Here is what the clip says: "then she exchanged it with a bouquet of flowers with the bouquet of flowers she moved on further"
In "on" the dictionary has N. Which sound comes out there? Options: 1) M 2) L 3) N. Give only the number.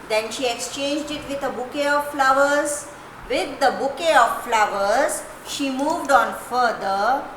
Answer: 3